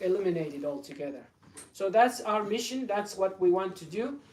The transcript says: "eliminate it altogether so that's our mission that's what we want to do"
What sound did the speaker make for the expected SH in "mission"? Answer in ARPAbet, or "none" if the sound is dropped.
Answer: SH